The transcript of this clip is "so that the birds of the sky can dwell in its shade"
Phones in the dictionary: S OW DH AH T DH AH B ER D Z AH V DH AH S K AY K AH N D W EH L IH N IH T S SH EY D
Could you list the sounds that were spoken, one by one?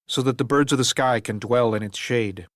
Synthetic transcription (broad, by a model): S OW DH AH T DH AH B ER D Z AH V DH AH S K AY K AH N D W EH L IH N IH T S SH EY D